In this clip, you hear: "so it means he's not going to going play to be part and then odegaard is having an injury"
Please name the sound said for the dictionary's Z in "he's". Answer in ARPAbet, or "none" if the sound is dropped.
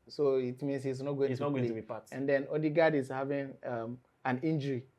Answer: S